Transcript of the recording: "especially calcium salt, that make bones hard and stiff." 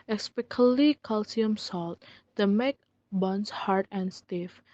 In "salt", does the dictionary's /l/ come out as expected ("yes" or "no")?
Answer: yes